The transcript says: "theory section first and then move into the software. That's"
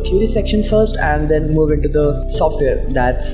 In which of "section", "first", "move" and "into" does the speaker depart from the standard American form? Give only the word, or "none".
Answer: none